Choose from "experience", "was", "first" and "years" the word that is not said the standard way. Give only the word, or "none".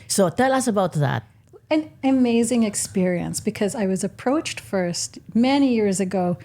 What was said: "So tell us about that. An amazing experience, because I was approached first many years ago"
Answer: none